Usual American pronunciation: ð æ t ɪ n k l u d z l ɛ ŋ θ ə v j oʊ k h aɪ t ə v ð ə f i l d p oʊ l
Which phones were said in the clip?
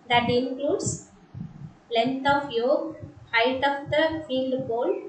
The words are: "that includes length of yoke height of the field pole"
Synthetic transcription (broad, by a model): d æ t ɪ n k l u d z l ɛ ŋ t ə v j oʊ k h aɪ t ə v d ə f i l d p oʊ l